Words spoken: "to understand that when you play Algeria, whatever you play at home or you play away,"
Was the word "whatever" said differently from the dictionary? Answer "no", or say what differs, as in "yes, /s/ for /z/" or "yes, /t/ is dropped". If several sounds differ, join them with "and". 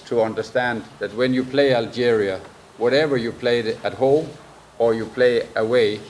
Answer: no